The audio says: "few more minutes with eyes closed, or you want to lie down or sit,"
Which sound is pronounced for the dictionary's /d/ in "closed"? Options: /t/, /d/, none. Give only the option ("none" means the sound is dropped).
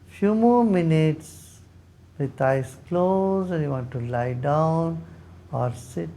none